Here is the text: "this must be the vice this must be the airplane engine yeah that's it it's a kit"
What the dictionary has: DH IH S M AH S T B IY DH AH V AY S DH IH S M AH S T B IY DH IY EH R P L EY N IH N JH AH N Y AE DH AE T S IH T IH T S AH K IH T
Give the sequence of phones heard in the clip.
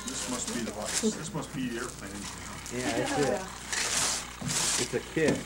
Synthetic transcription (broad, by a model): DH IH S M AH S T B IY DH AH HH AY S DH IH S M AH S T B IY DH IY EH R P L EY IH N AH Y AE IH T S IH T IH T S AH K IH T